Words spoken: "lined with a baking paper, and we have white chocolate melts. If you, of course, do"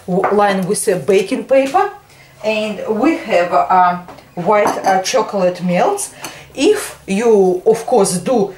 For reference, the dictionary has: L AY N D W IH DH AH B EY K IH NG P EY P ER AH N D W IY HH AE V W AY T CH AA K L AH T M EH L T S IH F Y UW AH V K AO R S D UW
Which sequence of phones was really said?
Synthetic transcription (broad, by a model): L AY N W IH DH AH B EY K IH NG P EY P ER AH N D W IY HH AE V W AY T CH AA K L AH T M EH L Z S IH F Y UW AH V K AO R S D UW